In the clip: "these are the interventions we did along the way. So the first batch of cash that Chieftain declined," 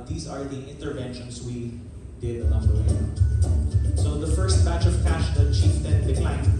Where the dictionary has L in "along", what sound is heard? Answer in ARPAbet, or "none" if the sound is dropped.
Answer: N